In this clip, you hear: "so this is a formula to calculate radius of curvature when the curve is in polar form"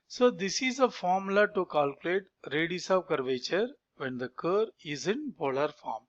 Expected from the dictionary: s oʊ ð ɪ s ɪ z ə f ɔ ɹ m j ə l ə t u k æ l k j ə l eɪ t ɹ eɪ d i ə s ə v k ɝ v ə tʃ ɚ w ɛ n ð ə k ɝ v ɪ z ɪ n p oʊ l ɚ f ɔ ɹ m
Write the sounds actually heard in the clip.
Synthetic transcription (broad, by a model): s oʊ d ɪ s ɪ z ə f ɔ ɹ m l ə t u k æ l k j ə l eɪ t ɹ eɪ d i s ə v k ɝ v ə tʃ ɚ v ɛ n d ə k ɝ ɪ z ɪ n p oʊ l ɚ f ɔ ɹ m